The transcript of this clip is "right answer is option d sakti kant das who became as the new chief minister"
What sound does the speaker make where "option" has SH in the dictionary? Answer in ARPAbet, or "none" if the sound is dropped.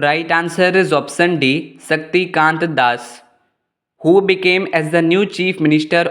S